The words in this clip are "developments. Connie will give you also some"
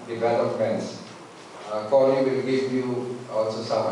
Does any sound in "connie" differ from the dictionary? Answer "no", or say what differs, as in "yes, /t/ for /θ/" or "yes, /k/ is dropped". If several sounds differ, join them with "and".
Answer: yes, /l/ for /n/